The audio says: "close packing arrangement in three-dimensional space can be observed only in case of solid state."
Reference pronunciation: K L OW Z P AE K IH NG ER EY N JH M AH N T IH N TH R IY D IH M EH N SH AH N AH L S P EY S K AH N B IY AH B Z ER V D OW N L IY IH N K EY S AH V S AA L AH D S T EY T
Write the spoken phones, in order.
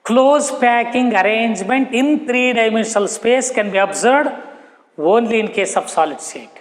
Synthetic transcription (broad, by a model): K L OW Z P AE K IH NG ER EY N JH M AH N T IH N T R IY D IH M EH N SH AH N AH L S P EY S K AH N B IY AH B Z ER D OW N L IY IH N K EY S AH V S AA L AH D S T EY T